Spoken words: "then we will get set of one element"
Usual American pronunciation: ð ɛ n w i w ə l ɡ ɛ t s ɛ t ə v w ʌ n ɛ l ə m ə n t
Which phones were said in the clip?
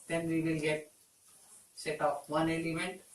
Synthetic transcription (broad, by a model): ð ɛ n w i w ə l ɡ ɛ t s ɛ t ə p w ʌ n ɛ l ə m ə n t